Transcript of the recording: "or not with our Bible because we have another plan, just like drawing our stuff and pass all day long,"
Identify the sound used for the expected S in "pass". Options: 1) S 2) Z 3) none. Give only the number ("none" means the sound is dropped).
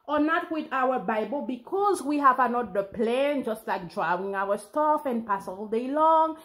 1